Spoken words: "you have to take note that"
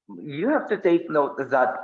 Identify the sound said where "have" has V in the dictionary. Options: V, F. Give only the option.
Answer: F